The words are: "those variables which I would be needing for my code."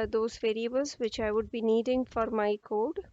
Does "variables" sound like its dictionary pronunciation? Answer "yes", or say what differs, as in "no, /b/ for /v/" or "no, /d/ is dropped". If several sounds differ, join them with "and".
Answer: yes